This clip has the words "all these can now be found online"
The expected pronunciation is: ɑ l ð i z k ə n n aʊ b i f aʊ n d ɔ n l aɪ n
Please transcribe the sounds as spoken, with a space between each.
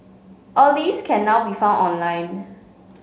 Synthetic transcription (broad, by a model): ɑ l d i s k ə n n aʊ b i f aʊ n ɔ n l aɪ n